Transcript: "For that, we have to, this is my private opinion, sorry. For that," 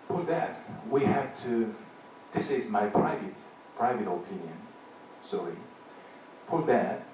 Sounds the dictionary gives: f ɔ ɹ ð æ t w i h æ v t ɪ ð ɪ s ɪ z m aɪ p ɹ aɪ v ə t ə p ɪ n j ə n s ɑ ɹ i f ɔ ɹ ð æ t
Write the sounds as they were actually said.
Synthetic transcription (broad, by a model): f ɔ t ð æ t w i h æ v t ɪ ð ɪ s ɪ z m aɪ p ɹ aɪ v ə t ə p ɪ n j ə n s ɑ ɹ i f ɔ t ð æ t